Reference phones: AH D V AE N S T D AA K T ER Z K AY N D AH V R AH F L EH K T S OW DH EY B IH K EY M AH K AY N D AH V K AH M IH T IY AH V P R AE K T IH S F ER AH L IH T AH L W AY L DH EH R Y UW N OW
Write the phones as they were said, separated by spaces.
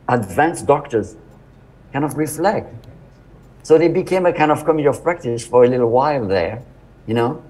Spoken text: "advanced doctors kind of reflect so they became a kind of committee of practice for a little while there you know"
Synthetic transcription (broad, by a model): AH D V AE N S D AA K T ER Z K AY N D AH V R AH F L EH K T S OW DH EY B IH K EY M AH K AY N D AH V K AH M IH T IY AH V P R AE K T IH S F ER AH L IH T L W AY L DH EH R Y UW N OW